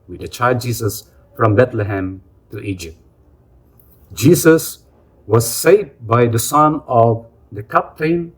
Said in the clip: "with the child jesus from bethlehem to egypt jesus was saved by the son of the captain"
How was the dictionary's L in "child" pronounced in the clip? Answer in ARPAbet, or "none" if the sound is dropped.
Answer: none